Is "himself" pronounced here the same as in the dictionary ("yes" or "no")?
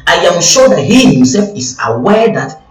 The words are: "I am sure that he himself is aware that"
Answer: yes